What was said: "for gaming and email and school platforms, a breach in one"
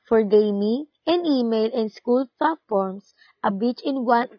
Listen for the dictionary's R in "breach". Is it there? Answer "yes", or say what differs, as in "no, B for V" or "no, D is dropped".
no, R is dropped